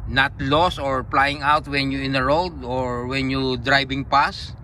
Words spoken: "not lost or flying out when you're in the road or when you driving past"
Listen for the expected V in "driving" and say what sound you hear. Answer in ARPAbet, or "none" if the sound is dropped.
B